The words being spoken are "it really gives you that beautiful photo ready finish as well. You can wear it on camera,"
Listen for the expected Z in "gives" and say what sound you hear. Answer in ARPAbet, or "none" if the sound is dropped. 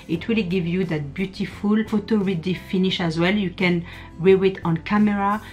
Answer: none